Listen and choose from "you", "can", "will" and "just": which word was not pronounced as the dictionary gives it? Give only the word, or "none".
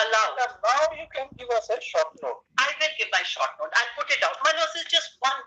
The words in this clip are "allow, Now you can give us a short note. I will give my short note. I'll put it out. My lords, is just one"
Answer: will